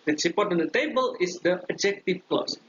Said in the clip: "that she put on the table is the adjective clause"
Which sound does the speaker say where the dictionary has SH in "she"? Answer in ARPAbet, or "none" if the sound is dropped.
S